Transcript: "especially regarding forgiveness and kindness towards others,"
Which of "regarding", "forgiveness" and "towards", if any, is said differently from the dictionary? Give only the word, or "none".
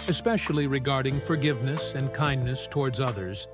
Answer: none